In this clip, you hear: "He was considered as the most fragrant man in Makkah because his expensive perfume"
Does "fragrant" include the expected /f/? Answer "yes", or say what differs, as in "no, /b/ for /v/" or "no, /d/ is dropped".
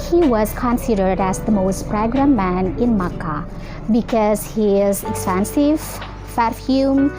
no, /p/ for /f/